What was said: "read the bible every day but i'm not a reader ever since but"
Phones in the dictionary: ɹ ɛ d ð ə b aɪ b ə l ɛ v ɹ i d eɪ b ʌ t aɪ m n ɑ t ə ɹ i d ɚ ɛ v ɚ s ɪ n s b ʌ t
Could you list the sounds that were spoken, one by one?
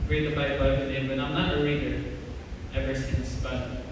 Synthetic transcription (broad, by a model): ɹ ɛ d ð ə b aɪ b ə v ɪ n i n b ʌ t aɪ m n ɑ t ə l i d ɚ ɛ v ɚ s ɪ n s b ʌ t